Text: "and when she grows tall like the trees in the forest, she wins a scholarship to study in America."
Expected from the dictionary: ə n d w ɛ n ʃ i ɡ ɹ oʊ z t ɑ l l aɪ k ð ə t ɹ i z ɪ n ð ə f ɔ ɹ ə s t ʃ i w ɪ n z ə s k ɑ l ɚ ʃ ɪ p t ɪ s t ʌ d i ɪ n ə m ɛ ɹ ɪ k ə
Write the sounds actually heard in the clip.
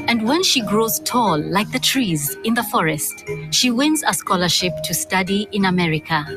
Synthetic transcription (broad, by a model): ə n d w ɛ n ʃ i ɡ ɹ oʊ z t ɑ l l aɪ k ð ə t ɹ i z ɪ n ð ə f ɔ ɹ ə s t ʃ i w ɪ n z ə s k ɑ l ɚ ʃ ɪ p t ɪ s t ʌ d i ɪ n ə m ɛ ɹ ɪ k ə